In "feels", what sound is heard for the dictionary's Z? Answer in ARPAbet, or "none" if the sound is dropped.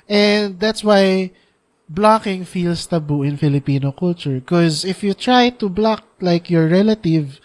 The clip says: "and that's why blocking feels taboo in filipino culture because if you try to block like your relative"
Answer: S